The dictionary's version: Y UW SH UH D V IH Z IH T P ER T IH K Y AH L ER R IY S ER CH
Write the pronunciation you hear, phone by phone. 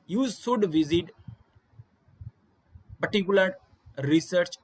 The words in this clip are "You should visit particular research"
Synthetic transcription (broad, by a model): Y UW S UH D V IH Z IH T P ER T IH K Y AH L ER R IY S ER CH